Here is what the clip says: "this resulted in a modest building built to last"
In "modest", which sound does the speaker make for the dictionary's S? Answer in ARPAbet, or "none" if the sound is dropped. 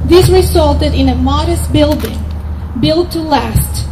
S